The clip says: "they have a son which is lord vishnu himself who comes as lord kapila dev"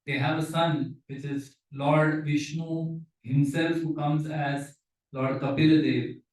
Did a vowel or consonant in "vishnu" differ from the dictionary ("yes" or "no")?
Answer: no